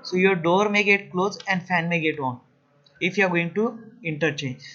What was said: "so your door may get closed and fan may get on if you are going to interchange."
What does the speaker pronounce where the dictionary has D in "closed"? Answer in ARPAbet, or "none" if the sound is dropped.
none